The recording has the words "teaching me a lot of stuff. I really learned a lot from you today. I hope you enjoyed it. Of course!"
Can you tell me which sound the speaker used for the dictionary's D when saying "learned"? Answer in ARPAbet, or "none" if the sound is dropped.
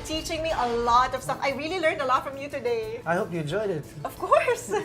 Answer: D